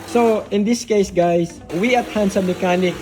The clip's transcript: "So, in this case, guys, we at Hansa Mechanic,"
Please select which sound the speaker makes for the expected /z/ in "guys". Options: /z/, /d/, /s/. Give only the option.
/s/